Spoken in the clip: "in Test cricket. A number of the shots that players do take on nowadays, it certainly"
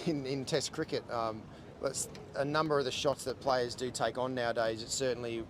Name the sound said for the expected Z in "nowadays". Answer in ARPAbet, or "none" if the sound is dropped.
Z